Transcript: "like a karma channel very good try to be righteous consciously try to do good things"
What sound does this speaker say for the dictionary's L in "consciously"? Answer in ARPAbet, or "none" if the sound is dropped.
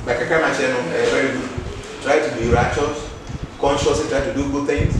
none